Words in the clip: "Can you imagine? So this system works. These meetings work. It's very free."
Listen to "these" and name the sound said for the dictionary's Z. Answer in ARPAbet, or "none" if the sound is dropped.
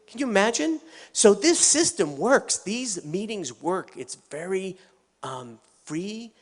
Z